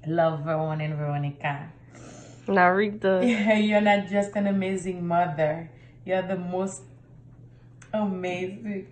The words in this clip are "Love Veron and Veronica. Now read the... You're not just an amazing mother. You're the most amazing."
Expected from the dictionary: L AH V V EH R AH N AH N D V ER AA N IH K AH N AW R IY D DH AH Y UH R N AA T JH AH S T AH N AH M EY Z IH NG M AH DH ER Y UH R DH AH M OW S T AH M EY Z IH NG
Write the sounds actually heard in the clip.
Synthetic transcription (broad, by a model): L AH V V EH W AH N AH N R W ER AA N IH K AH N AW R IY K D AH Y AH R N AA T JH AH S T AH N AH M EY Z IH NG M AH DH ER Y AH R DH AH M OW S T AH M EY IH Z